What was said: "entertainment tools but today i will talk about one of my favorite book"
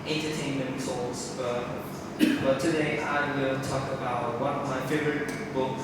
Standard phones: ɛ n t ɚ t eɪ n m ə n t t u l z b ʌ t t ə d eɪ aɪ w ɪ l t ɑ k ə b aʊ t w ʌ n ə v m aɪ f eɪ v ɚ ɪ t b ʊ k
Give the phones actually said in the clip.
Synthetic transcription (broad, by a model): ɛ n t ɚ t eɪ n m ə n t s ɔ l s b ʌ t t ə d eɪ aɪ w ɪ l t ɑ k ə b aʊ t w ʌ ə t m aɪ f eɪ v ɚ ɪ t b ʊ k